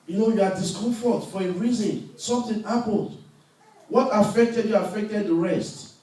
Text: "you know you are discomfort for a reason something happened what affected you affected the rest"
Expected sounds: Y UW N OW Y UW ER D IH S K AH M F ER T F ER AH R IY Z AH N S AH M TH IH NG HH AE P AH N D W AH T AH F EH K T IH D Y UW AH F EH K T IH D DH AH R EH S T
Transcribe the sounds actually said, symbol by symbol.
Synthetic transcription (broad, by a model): Y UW N OW Y UW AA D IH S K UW F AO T F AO AH R IY Z AH N S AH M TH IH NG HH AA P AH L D W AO T AH F EH K T IH D Y UW AH F EH K T IH D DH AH R EH S T